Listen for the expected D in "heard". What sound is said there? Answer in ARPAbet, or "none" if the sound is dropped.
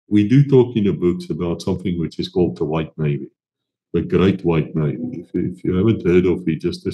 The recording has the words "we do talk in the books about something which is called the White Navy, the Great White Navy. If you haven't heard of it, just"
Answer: D